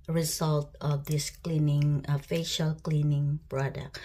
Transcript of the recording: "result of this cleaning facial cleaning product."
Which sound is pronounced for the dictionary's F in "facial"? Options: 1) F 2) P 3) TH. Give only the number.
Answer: 1